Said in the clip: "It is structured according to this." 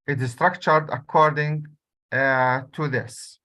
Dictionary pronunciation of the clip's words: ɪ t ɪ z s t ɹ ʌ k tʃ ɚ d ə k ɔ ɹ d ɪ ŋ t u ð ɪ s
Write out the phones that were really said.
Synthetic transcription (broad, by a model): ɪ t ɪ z s t ɹ ʌ k tʃ ɚ d ə k ɔ ɹ d ɪ ŋ t u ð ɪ s